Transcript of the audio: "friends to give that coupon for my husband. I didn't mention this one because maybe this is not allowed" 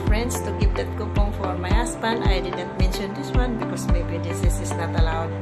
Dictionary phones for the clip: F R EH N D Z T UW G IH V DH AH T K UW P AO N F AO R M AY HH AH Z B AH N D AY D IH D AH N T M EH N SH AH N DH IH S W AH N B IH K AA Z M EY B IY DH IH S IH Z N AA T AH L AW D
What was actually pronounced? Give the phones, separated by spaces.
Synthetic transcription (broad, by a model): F R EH N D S T UW G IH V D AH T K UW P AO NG F AO R M AY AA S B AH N AY D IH D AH N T M EH N SH AH N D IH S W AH N B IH K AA S M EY B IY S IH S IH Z N AA T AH L AW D